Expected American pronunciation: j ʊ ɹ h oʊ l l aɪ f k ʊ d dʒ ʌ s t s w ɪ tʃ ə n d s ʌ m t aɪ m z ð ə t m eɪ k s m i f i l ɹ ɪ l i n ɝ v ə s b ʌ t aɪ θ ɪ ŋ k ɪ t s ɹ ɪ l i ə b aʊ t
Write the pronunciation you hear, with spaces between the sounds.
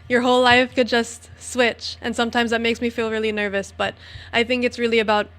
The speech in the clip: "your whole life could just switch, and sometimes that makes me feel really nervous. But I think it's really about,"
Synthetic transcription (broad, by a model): j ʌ ɹ h oʊ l l aɪ f k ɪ d dʒ ʌ s t s w ɪ tʃ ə n s ʌ m t aɪ m z ð ə t m eɪ k s m i f i l ɹ ɪ l i n ɝ v ə s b ʌ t aɪ θ ɪ ŋ k ɪ t s ɹ ɪ l i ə b aʊ t